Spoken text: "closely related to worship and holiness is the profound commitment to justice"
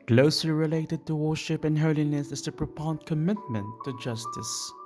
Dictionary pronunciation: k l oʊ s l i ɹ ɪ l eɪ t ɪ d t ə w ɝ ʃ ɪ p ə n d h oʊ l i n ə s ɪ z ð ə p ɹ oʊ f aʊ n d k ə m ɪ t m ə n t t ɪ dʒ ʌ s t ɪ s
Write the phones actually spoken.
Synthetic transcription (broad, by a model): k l oʊ s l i ɹ ɪ l eɪ t ɪ d t ə w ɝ ʃ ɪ p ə n h oʊ l i n ə s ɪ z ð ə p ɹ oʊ p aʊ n k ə m ɪ t m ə n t t ɪ dʒ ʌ s t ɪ s